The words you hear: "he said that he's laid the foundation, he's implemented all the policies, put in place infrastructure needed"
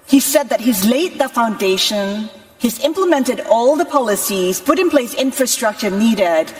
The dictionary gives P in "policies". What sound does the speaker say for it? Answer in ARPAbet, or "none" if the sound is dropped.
P